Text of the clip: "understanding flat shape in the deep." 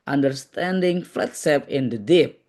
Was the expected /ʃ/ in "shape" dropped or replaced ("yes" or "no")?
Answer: yes